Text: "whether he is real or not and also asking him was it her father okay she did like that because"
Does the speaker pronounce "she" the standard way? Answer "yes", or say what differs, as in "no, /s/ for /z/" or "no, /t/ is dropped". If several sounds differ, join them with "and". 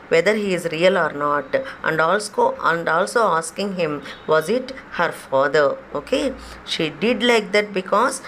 yes